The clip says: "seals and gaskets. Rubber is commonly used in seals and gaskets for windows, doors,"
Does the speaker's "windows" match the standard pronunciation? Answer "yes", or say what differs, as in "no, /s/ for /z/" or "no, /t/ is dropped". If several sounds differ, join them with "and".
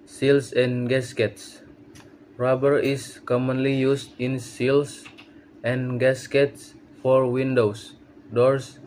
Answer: no, /s/ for /z/